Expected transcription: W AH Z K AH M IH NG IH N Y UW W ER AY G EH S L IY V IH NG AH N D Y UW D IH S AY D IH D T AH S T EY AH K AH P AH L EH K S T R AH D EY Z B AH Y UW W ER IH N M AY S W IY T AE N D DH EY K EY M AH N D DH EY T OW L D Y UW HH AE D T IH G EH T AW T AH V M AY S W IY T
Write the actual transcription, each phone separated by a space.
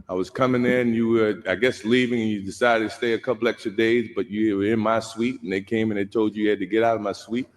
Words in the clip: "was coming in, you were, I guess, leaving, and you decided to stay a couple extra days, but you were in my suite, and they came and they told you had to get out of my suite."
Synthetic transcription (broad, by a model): W AH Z K AH M IH NG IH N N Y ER AY G EH S L IY V IH NG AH N Y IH D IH S AY D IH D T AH S T EY AH K AH P L EH K S T R AH D EY Z B AH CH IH W ER IH N M AY S W IY T N DH EY K EY M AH N DH EY T OW L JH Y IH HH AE D T IH G EH T AW T AH V M AY S W IY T